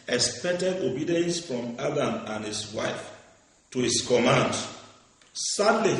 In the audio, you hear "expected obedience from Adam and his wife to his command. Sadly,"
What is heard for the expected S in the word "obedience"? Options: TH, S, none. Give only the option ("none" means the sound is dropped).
S